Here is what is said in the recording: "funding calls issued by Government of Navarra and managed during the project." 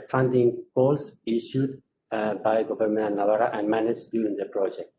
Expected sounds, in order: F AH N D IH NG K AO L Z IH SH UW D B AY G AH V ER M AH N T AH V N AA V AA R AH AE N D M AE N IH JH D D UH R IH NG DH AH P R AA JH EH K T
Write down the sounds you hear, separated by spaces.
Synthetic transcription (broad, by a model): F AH N D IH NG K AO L S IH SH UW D B AY G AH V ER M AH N AH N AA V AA R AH AE N D M AE N IH JH D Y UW R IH NG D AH P R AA JH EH K T